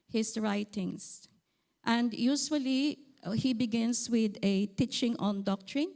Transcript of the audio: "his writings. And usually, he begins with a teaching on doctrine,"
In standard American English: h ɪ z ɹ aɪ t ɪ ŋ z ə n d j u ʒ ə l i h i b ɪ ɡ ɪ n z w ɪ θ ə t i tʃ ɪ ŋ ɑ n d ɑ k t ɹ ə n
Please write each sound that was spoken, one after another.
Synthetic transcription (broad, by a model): h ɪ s ɹ aɪ t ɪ ŋ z ə n d j u s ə l i h i b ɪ ɡ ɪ n s w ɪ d ə t i tʃ ɪ ŋ ɑ n d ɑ k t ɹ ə n